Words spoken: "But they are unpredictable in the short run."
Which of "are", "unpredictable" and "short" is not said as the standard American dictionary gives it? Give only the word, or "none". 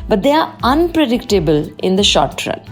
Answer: none